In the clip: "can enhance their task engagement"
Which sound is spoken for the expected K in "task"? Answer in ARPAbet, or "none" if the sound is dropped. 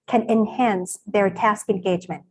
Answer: K